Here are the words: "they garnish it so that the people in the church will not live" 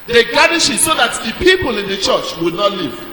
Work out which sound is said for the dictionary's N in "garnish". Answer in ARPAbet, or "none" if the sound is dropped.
none